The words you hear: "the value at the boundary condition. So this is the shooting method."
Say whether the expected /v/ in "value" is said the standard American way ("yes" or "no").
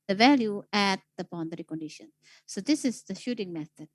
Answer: yes